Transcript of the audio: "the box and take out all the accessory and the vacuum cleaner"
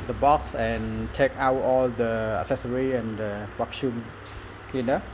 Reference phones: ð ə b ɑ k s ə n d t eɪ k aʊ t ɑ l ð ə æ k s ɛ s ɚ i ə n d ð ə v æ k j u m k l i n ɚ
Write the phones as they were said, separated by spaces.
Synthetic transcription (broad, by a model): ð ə b ɑ k s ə n t eɪ k aʊ t ɑ l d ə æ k s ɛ s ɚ i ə n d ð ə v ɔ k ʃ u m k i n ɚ